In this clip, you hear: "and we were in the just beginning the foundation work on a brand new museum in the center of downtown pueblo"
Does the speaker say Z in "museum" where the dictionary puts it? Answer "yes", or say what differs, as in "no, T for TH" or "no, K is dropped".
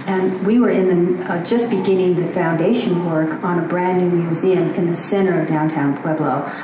yes